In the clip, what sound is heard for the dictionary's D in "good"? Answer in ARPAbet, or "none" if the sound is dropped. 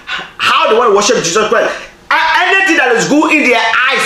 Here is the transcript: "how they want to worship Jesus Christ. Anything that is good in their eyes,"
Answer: none